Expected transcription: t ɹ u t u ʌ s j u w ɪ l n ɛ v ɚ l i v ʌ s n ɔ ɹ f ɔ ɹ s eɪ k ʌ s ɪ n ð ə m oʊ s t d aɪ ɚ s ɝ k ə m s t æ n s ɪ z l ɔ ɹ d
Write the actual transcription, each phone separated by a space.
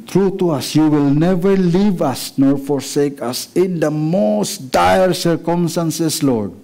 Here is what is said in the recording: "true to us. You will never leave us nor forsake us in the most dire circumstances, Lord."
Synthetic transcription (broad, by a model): t ɹ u t u ʌ s j u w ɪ l n ɛ v ɚ l i v ʌ s n ɔ ɹ f ɔ ɹ s eɪ k ʌ s ɪ n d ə m oʊ s t d aɪ ɚ s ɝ k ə m s t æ n s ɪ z l ɔ ɹ d